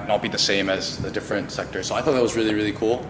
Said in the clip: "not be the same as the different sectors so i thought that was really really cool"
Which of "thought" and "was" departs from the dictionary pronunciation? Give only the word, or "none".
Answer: none